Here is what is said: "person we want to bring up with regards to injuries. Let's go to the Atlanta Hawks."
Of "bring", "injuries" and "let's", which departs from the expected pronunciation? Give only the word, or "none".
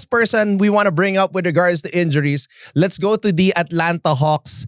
injuries